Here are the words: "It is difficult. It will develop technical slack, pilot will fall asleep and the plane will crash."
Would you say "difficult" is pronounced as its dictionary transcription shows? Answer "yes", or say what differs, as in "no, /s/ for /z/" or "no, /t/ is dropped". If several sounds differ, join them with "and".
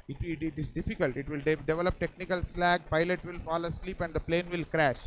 yes